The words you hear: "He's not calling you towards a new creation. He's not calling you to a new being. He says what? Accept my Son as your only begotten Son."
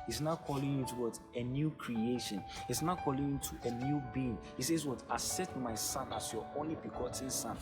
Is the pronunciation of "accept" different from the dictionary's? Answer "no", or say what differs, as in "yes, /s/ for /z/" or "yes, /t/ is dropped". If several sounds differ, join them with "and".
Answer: yes, /k/ is dropped and /p/ is dropped